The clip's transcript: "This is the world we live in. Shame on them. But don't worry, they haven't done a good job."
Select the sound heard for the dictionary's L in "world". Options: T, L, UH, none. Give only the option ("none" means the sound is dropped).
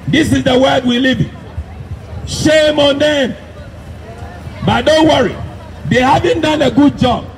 none